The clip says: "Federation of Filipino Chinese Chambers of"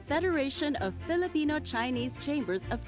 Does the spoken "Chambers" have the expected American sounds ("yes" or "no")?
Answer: yes